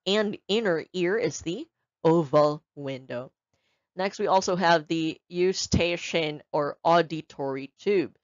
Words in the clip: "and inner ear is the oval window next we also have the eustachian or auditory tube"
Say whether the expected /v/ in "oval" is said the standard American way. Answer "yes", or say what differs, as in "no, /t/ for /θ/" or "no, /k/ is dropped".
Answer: yes